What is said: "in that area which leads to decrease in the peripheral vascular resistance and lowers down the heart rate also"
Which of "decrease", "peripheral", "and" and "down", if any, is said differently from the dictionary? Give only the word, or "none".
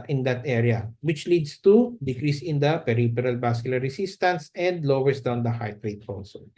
peripheral